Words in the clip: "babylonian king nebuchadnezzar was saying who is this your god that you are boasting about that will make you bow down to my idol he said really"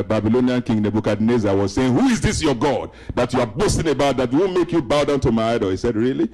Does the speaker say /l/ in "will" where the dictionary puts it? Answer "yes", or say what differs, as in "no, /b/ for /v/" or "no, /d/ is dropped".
no, /w/ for /l/